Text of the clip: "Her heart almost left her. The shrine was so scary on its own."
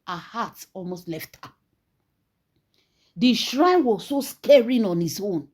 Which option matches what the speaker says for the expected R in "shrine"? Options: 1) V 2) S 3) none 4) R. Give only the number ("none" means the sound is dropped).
4